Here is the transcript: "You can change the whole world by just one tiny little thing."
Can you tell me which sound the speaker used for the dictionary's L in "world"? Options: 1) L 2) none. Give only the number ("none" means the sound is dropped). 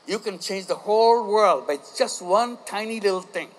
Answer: 1